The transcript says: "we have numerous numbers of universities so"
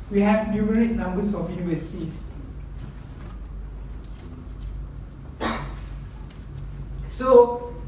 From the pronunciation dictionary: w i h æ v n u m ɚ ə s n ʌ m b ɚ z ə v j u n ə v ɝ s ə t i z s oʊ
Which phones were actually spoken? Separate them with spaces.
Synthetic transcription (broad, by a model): w i h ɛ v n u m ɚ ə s n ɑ m b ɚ s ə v j u n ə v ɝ s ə t i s s oʊ